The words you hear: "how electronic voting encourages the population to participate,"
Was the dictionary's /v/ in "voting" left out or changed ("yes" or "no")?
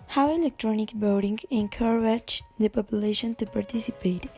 yes